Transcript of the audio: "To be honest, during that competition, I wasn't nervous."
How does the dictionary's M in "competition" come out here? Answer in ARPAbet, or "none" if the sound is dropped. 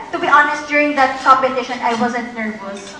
none